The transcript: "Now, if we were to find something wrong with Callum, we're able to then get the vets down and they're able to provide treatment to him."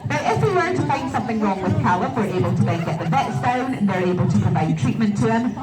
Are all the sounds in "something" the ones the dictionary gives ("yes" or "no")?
yes